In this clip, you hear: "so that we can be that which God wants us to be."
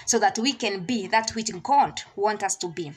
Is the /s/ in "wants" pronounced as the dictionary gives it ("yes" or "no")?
no